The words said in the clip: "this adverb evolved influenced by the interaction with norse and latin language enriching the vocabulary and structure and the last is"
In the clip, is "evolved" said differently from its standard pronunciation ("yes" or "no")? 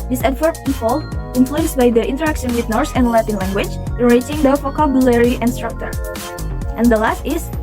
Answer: yes